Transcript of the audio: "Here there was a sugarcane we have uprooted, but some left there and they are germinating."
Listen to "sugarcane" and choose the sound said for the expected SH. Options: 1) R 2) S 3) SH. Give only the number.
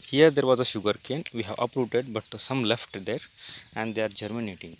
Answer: 3